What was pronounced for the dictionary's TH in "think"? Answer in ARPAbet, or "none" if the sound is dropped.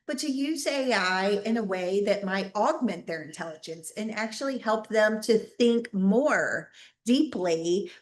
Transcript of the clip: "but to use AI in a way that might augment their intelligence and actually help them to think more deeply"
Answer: TH